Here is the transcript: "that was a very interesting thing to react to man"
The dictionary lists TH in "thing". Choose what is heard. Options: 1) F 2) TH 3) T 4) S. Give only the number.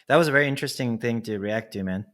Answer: 2